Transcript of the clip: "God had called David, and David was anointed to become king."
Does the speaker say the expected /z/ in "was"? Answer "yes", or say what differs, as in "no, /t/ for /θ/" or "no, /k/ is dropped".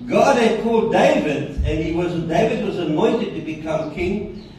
yes